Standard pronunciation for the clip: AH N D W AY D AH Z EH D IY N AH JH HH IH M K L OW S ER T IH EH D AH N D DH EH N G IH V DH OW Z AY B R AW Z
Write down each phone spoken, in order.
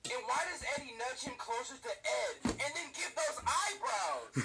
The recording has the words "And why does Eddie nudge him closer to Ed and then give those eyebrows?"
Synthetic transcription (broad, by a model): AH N W AY D AH Z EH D IY N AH CH HH IH M K L OW S ER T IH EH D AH N DH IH N G IH V DH OW Z AY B R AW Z